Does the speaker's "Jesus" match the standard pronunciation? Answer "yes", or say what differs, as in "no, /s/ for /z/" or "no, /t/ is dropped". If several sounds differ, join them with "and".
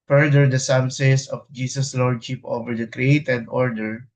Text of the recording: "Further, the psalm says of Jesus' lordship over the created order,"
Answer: no, /s/ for /z/